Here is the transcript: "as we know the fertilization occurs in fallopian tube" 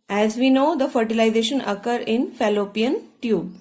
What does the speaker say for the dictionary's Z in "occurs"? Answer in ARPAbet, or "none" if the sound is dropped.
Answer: none